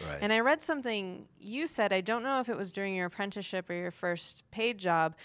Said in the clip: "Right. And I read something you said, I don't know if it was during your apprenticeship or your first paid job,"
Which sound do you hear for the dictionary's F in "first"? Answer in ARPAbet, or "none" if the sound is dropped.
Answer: F